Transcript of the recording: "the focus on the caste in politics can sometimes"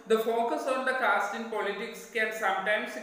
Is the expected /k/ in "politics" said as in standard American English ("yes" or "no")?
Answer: yes